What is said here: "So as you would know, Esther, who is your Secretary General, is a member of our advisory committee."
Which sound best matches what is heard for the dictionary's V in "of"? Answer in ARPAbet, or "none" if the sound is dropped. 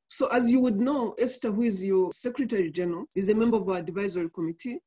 V